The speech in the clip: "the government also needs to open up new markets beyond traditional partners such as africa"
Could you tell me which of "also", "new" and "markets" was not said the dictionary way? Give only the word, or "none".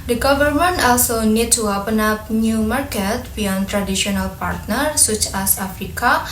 markets